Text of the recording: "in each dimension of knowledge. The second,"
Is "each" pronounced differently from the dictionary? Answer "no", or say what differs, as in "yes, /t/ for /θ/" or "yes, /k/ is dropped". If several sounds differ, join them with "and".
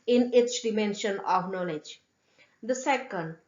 yes, /s/ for /tʃ/